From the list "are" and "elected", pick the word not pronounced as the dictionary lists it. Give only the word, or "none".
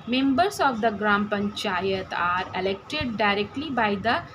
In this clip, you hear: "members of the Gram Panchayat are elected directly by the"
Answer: none